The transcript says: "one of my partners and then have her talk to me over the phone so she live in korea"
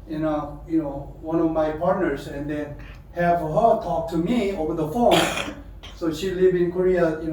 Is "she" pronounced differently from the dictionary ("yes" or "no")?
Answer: no